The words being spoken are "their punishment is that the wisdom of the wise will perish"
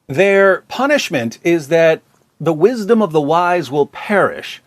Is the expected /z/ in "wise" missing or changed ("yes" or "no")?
no